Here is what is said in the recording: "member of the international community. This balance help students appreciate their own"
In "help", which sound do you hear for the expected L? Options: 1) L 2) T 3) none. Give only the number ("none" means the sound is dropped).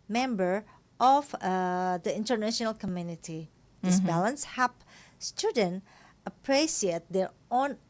3